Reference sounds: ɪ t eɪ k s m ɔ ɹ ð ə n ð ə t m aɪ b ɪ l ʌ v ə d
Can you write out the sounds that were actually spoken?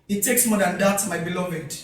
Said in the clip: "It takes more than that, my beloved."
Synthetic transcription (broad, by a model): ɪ t eɪ k s m ɔ ɹ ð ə n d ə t m aɪ b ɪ l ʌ v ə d